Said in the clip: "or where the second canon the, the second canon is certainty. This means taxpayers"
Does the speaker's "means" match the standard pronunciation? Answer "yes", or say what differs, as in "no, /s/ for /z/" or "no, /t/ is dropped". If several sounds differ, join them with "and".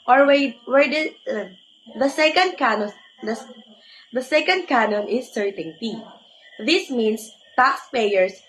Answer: no, /s/ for /z/